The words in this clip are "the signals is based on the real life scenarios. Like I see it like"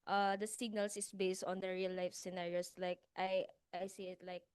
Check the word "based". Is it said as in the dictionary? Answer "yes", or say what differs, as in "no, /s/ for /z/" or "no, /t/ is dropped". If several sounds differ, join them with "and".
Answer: yes